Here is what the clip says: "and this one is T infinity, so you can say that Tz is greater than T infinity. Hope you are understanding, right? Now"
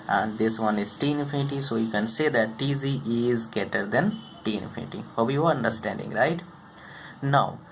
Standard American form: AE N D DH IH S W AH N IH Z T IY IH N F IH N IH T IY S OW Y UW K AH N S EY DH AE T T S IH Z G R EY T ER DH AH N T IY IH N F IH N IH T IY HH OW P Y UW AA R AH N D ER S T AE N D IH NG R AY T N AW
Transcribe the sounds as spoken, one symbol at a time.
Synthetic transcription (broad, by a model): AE N D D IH S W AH N IH Z T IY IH F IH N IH T IY S OW Y UW K AH N S EY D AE T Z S IH Z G EY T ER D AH N T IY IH F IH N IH T IY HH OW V Y UW AA R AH N D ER S T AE N D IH NG R AY T N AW